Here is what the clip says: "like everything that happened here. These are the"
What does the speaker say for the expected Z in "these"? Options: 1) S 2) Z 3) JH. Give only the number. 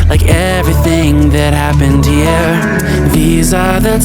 2